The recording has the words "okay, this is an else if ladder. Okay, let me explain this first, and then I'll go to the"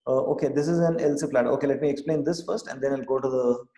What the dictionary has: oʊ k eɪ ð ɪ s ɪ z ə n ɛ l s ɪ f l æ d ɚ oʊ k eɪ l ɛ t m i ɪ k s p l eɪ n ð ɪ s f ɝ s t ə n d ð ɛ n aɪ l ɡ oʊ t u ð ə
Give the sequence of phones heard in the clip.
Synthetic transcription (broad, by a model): oʊ k eɪ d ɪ s ɪ z ə n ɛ l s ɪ p l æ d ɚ oʊ k eɪ l ɛ t m i ɪ k s p l eɪ n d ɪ s f ɝ s t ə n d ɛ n aɪ l ɡ oʊ t u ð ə